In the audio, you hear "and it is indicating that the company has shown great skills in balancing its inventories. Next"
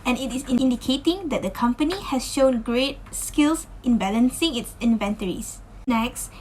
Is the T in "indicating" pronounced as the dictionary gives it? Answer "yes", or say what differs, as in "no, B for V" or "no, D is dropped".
yes